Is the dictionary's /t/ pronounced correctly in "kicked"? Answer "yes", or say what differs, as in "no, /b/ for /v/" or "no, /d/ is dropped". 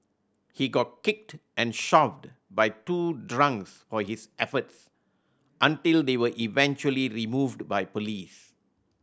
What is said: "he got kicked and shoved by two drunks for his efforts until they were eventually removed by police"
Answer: yes